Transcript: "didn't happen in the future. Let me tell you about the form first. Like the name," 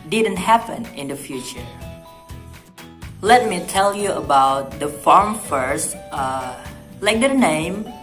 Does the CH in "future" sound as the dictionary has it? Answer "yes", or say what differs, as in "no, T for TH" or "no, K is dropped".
yes